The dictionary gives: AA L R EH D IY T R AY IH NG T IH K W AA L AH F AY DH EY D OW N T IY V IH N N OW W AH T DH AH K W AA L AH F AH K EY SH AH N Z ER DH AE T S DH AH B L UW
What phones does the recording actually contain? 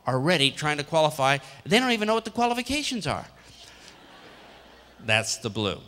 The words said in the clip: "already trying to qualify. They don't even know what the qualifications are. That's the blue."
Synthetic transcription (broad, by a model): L R EH D IY T R AY IH NG T IH K W AA L AH F AY DH EY D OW N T IY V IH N N OW W AH T DH AH K W AA L AH F AH K EY SH AH N Z ER DH AE T S DH AH B L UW